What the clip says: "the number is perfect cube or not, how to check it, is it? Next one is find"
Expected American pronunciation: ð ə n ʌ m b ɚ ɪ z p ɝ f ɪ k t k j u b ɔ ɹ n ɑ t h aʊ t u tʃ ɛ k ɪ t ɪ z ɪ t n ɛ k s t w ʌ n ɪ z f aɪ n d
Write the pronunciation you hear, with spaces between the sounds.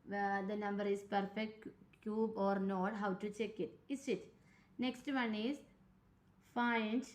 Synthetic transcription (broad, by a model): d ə n ʌ m b ɚ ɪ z p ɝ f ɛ k t k j u b ɔ ɹ n ɑ t h aʊ t u tʃ ɛ k ɪ t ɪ s ɪ t n ɛ k s t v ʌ n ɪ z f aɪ n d